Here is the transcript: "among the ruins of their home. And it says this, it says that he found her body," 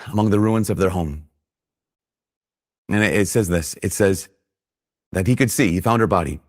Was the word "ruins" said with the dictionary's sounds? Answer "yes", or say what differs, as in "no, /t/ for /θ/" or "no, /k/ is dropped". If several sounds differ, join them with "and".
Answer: yes